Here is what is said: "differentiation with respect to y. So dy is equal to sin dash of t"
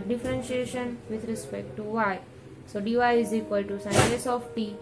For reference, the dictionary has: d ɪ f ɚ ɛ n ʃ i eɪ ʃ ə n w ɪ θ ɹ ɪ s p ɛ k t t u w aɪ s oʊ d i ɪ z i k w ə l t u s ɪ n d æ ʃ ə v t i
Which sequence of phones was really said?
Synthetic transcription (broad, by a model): d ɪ f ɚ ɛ n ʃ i eɪ ʃ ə n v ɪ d ɹ ɪ s p ɛ k t t u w aɪ s oʊ d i ɪ z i k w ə l t u s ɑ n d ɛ s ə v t i